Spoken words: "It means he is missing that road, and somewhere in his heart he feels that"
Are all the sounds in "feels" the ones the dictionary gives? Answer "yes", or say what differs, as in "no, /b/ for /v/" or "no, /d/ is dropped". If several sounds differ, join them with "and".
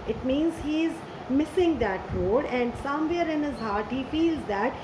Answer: yes